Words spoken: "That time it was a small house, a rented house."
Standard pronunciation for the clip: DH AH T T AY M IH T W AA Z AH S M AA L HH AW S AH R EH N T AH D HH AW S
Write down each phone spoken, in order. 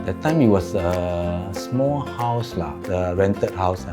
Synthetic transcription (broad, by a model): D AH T T AY M IH T W AA S AH S M AA L HH AW S AH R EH N T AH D HH AW S